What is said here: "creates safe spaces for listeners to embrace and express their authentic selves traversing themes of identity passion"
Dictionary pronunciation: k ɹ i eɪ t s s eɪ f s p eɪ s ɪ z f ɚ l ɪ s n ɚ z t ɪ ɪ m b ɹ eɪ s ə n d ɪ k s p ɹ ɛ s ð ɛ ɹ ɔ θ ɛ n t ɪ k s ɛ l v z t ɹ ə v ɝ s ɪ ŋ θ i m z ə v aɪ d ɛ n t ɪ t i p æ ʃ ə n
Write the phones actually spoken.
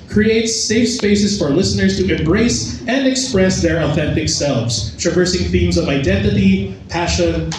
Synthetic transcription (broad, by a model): k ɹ i eɪ t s s eɪ f s p eɪ s ɪ z f ɚ l ɪ s n ɚ z t ɪ ɪ m b ɹ eɪ s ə n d ɪ k s p ɹ ɛ s ð ɛ ɹ ɔ θ ɛ n t ɪ k s ɛ l v z t ɹ ə v ɝ s ɪ ŋ θ i m z ə v aɪ d ɛ n t ɪ t i p æ ʃ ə n